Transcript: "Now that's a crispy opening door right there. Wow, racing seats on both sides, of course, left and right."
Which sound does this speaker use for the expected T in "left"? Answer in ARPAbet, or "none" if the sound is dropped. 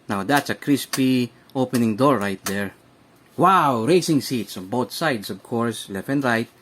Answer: none